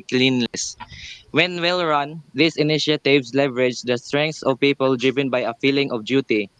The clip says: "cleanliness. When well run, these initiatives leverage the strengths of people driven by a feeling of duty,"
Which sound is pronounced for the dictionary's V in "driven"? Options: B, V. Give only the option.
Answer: V